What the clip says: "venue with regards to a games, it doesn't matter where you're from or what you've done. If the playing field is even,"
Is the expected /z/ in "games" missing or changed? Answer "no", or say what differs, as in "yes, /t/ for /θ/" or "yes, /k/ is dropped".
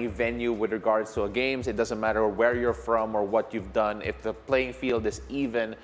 yes, /s/ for /z/